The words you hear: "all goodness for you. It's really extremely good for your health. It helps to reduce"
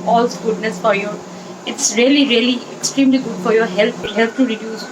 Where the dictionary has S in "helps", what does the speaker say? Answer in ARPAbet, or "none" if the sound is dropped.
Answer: none